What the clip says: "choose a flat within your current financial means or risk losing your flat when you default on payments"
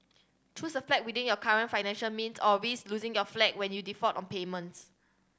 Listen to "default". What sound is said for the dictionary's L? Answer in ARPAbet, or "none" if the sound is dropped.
none